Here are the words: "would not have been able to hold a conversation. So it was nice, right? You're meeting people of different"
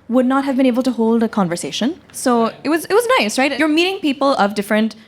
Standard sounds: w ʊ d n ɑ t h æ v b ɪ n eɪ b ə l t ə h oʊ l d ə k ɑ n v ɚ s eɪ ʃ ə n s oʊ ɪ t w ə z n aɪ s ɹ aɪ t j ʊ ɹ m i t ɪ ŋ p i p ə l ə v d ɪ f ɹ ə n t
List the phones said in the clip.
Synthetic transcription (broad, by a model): w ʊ d n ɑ t h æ v b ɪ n eɪ b ə l t ə h oʊ l d ə k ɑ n v ɚ s eɪ ʃ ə n s oʊ ɪ t w ə z n aɪ s ɹ aɪ t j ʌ ɹ m i t ɪ ŋ p i p ə l ə v d ɪ f ɹ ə n t